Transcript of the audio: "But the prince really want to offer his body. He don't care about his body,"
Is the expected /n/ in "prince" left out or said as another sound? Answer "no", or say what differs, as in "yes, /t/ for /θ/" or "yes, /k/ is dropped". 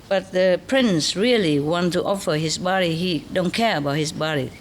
no